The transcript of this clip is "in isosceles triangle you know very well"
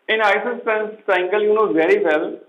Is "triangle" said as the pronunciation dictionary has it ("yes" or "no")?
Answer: no